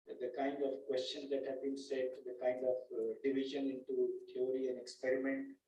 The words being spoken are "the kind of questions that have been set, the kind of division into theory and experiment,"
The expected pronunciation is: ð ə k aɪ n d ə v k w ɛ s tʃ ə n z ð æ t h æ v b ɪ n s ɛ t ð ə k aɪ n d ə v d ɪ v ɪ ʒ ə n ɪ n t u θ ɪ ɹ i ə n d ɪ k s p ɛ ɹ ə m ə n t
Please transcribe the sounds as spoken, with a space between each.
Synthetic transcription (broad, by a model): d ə k aɪ n d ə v k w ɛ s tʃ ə n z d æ t h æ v b ɪ n s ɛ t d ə k aɪ n d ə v d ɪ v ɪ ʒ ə n ɪ n t u t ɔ ɹ i ə n d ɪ k s p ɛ ɹ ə m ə n t